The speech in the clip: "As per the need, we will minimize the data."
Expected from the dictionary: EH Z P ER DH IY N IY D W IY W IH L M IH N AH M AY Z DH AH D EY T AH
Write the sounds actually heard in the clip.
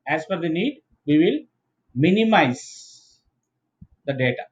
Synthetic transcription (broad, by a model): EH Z F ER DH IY N IY D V IY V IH L M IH N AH M AY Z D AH D EY T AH